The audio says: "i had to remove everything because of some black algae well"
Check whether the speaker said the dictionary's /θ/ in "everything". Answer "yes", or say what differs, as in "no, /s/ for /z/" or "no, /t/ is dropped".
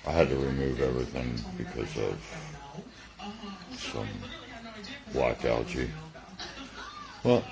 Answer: yes